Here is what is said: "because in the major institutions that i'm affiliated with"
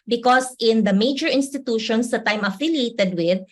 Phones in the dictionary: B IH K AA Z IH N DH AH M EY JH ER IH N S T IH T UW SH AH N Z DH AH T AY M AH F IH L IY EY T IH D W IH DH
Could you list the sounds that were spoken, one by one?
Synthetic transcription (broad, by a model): B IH K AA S IH N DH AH M EY JH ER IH N S T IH T UW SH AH N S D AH T AY M AH F IH L IY EY T IH D W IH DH